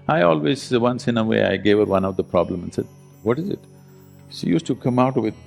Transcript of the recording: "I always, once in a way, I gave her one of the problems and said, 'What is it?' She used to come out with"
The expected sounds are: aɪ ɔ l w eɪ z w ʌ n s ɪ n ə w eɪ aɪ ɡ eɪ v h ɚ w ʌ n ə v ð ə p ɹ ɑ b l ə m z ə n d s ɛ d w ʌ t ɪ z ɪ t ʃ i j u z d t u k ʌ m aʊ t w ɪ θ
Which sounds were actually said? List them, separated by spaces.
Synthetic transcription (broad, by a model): aɪ ɔ l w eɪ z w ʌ n s ɪ n ə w eɪ aɪ ɡ eɪ v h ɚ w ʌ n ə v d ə p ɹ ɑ b l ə m ə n s ɛ d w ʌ t ɪ z ɪ t ʃ i j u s t u k ʌ m aʊ t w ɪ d